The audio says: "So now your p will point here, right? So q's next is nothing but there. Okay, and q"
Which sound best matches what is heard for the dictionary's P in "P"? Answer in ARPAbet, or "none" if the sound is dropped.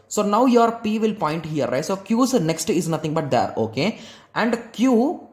P